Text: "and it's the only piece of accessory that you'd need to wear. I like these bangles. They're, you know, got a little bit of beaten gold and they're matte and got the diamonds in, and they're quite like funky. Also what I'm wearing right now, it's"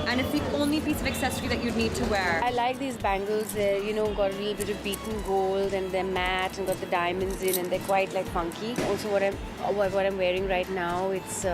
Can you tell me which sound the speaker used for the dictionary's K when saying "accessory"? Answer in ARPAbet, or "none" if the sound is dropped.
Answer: K